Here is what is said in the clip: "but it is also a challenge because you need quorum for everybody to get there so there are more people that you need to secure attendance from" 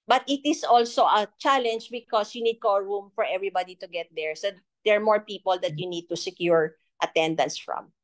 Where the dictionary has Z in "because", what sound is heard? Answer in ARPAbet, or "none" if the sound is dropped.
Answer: S